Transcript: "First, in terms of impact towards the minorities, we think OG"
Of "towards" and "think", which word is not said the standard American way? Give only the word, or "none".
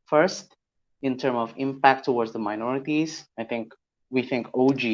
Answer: none